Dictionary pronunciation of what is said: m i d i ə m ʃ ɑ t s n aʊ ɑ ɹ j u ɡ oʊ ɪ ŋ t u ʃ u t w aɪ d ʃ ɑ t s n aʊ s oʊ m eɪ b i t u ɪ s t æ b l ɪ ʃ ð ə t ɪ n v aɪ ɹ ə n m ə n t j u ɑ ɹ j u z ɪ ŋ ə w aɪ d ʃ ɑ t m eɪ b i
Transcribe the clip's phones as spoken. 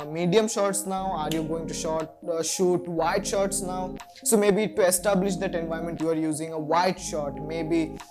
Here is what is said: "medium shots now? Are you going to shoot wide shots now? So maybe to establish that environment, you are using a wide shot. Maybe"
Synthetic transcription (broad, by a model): m i d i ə m ʃ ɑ t s n aʊ ɑ ɹ j u ɡ oʊ ɪ ŋ t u ʃ u t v aɪ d ʃ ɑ t s n aʊ s oʊ m eɪ b i t u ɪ s t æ b l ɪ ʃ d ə t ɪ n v aɪ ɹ m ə n t j u ɑ ɹ j u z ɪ ŋ ə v aɪ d ʃ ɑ t m eɪ b i